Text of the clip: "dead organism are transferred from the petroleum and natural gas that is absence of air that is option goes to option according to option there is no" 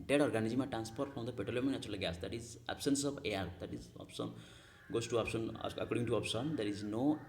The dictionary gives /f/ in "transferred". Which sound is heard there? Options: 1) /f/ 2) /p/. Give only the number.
2